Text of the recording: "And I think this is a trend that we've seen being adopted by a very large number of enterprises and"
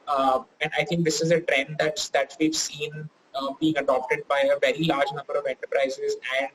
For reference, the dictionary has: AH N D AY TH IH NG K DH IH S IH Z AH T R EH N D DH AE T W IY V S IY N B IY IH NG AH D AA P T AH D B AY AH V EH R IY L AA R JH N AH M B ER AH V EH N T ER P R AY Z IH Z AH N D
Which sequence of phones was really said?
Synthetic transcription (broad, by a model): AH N D AY T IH NG K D IH S IH Z AH T R EH N D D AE T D IY V S IY N B IY IH NG AH D AA P T AH D B AY AH V EH R IY L AA R JH N AH M B ER AH V EH N T ER P R AY Z IH Z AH N D